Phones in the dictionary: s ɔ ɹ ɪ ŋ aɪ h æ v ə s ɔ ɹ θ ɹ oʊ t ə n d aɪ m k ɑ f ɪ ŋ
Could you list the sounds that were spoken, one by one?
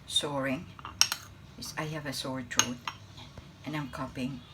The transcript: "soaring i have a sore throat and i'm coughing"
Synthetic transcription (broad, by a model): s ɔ ɹ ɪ ŋ aɪ h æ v ə s ɔ ɹ t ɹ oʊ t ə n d aɪ m k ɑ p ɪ ŋ